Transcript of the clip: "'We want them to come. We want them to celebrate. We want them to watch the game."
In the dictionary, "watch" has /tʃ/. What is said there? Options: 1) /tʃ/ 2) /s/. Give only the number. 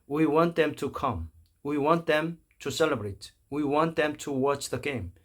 1